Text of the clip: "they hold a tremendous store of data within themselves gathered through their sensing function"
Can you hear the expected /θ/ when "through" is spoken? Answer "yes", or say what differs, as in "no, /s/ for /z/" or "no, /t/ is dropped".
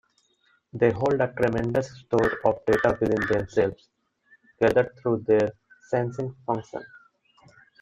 no, /t/ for /θ/